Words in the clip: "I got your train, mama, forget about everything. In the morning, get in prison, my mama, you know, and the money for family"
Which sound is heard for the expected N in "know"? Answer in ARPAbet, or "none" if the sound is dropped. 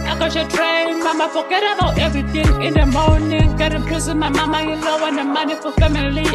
L